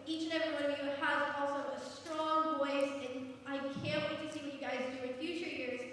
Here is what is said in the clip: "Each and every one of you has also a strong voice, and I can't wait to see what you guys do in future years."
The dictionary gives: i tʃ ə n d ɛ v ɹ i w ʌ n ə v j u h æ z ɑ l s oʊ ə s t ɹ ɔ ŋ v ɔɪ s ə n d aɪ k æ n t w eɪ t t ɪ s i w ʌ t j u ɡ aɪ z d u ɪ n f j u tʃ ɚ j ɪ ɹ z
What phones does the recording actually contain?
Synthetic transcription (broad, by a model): i tʃ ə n ɛ v ɹ i w ʌ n ə v j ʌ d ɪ ɑ l s oʊ ə s t ɹ ɔ ŋ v ɔɪ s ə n aɪ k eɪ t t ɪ s i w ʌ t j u ɡ aɪ z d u ɪ n f j u tʃ ɚ j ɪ ɹ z